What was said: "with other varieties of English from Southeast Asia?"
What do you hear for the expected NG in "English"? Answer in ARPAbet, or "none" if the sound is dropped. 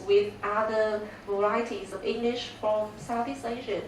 NG